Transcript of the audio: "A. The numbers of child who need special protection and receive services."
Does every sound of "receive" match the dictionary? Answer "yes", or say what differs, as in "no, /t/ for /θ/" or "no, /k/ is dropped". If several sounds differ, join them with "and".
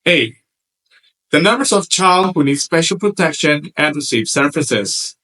yes